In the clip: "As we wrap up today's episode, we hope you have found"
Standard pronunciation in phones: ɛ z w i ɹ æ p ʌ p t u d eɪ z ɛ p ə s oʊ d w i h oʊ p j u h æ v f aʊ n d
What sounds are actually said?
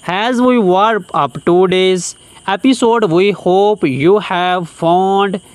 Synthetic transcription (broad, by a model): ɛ z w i w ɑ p ʌ p t u d eɪ z ɛ p ə s oʊ d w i h oʊ p j u h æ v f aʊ n d